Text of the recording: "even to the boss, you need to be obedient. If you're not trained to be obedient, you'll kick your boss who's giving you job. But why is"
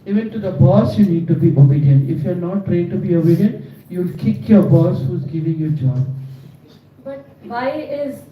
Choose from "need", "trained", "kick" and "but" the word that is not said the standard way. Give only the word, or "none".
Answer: trained